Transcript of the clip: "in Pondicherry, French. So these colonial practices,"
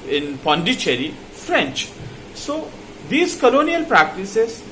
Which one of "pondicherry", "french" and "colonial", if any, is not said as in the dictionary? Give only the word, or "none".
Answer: none